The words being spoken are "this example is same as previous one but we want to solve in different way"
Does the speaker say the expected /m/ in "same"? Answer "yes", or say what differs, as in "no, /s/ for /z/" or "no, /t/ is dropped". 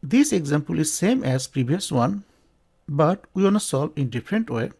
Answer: yes